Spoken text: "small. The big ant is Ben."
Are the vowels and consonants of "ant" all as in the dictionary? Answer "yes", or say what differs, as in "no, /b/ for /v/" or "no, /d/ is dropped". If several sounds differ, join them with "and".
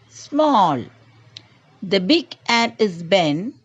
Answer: no, /t/ is dropped